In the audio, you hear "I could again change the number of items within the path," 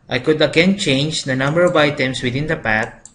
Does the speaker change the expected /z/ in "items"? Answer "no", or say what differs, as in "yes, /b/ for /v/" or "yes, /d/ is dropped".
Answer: yes, /s/ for /z/